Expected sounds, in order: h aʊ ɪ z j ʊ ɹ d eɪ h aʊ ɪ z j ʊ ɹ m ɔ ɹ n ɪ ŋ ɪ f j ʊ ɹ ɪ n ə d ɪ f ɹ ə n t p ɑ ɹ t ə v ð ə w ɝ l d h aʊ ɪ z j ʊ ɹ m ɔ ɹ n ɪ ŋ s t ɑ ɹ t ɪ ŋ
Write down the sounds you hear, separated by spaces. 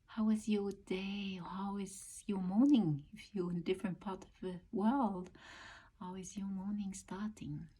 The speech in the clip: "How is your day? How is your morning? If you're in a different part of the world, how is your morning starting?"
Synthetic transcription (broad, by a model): h aʊ ɪ z j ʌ ɹ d eɪ h aʊ ɪ z j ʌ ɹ m ɔ ɹ n ɪ ŋ ɪ f j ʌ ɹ ɪ n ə d ɪ f ɹ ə n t p ɑ ɹ t ə v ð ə w ɝ l d h aʊ ɪ z j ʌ ɹ m ɔ ɹ n ɪ ŋ s t ɑ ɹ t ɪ ŋ